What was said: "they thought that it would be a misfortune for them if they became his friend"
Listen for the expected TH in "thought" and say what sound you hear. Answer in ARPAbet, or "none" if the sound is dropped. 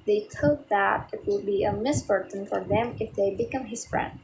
T